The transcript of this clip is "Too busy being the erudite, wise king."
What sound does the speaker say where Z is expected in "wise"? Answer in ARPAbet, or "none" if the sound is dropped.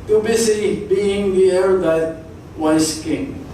S